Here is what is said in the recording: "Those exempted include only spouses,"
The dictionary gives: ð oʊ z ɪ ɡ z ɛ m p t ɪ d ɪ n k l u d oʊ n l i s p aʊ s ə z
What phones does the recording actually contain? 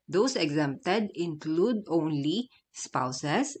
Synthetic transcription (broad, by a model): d oʊ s ɪ ɡ z ɛ m p t ɪ d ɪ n k l u d oʊ n l i s p aʊ s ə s